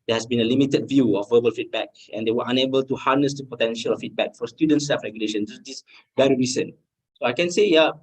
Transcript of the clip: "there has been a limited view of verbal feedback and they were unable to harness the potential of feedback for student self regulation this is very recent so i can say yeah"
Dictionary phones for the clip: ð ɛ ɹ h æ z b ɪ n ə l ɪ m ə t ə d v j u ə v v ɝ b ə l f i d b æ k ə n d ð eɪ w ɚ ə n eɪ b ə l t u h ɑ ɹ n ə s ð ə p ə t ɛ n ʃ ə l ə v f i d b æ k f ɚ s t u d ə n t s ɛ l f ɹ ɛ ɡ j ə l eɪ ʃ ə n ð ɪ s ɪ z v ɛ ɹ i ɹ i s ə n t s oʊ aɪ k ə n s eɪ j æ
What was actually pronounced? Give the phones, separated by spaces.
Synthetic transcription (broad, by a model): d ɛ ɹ h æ s b ɪ n ə l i m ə t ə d v j u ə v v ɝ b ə l f i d b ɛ k ə n d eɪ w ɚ ə n eɪ b ə l t u h ɑ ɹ n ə s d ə p ə t ɛ n ʃ ə l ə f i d b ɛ k f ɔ s t u d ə n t s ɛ f ɹ ɛ ɡ j ə l eɪ ʃ ə n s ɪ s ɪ s v ɛ ɹ i ɹ i s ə n s oʊ aɪ k ə n s eɪ j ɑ